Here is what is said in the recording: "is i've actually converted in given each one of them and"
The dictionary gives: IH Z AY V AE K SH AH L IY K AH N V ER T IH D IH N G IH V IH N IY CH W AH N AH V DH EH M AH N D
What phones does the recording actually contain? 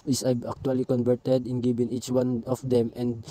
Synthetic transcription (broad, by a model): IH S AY B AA K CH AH L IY K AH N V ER T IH D IH N G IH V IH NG IY CH W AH N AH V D EH M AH N D